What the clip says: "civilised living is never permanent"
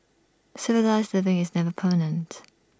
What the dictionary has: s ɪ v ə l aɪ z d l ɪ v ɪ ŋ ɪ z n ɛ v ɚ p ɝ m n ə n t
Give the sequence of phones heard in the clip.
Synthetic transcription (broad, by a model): s ɪ v ə l aɪ z d l ɪ v ɪ ŋ ɪ z n ɛ v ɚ p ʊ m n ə n t